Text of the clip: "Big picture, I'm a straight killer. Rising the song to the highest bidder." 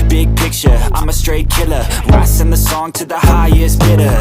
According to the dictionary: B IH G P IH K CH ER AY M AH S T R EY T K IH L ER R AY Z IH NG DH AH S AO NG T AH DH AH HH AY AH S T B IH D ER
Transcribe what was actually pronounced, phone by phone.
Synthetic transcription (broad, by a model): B IH G P IH K CH ER AY M AH S T R EY T K IH L ER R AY S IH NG DH AH S AO NG T AH DH AH HH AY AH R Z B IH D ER